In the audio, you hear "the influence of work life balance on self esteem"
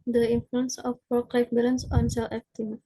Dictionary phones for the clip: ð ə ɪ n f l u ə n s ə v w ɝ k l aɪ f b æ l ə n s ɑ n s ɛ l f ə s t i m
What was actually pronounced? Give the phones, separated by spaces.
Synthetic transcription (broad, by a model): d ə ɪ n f l u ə n s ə f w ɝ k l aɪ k b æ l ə n s ɑ n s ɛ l ə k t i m